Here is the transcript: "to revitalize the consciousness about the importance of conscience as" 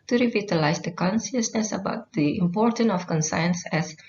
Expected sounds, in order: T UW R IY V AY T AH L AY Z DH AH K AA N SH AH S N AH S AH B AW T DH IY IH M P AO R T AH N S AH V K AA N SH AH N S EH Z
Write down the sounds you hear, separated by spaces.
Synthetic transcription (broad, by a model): T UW R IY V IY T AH L AY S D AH K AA N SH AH S N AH S AH B AW T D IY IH M P AO R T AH N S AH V K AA N S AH N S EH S